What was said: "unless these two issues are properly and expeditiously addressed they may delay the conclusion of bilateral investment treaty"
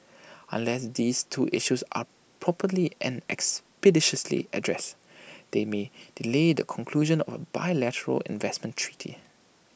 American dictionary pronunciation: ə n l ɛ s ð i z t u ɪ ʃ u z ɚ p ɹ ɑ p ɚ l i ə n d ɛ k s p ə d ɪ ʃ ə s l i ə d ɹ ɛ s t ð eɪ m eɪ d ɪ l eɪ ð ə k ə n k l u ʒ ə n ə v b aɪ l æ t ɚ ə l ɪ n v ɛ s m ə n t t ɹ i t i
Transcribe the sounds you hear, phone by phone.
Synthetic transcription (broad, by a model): ə n l ɛ s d i s t u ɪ ʃ u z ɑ p ɹ ɑ p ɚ l i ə n ɛ k s p ə d ɪ ʃ ə s l i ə d ɹ ɛ s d eɪ m eɪ d ɪ l eɪ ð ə k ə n k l u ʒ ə n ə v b aɪ l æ t ɚ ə l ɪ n v ɛ s m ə n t t ɹ i t i